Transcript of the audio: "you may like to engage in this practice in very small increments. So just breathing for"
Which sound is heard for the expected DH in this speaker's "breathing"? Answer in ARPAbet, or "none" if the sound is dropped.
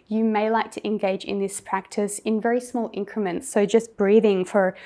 DH